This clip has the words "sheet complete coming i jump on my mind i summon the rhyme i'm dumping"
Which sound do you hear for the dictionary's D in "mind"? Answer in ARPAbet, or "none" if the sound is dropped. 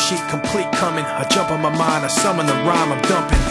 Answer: none